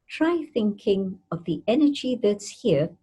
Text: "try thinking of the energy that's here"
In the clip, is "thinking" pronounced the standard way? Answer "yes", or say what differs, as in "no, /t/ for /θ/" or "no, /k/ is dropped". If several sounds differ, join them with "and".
yes